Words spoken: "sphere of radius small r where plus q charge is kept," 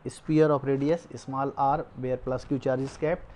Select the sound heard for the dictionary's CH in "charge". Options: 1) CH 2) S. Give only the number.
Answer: 1